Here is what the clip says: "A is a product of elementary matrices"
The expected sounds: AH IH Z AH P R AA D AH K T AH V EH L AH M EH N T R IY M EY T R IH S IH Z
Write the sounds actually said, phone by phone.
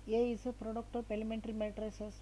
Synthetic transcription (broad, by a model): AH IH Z AH P R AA D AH K T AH P EH L AH M EH N T R IY M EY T R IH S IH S